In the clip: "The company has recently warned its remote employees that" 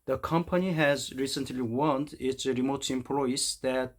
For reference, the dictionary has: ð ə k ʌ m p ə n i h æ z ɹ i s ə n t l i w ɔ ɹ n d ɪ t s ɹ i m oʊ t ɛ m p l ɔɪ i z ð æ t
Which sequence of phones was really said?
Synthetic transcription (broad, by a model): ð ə k ʌ m p ə n i h æ z ɹ i s ə n t l i w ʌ n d ɪ t s ɹ i m oʊ t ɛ m p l ɔɪ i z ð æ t